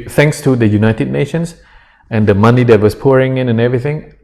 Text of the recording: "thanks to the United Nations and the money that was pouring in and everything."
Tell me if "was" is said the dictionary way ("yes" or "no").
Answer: no